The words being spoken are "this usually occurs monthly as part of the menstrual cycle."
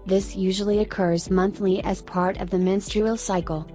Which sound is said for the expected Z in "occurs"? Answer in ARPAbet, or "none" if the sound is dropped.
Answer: Z